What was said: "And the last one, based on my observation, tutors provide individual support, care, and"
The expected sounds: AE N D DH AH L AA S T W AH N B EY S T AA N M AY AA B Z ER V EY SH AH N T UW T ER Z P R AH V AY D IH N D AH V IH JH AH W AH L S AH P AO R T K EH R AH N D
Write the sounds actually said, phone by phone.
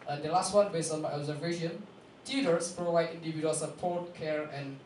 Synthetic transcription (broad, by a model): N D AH L AA S T W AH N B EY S AA N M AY AA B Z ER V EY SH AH N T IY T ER S P R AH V AY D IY N D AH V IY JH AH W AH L S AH P AO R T K EH R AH N